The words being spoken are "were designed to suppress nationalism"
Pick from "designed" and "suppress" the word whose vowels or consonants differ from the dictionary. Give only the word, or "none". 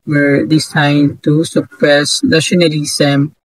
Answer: designed